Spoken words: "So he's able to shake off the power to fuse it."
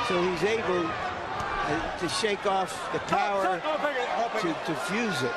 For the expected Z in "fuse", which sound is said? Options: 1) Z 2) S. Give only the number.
1